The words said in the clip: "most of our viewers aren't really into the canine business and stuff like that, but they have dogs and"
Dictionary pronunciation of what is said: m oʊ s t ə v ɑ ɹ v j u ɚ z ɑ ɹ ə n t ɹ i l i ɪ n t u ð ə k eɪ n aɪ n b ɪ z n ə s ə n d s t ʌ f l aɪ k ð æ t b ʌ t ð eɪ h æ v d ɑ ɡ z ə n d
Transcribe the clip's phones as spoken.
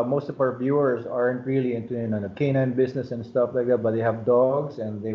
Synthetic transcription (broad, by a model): m oʊ s t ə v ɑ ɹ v j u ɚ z ɑ ɹ ə n t ɹ i l i ɪ n t u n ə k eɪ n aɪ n b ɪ s n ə s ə n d s t ʌ f l aɪ k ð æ t b ʌ t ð eɪ h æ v d ɑ ɡ s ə n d